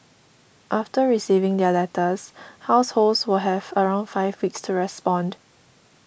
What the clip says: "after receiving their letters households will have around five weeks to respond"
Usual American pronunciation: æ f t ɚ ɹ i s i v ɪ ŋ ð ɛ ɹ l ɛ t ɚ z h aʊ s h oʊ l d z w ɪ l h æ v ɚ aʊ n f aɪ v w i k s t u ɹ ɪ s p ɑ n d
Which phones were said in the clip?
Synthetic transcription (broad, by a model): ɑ f t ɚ ɹ i s i v ɪ ŋ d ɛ l ɛ t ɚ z h aʊ s h oʊ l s w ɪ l h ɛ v ɚ aʊ n f aɪ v w i k s t u ɹ ɪ s p ɑ n d